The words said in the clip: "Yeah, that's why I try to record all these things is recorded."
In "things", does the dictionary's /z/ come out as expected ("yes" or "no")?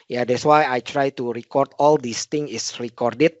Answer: no